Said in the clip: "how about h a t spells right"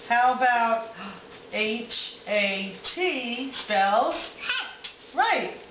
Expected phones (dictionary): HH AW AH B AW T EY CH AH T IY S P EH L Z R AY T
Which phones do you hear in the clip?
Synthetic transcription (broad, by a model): HH AW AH B AW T EY CH AH T IY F EH L R AY T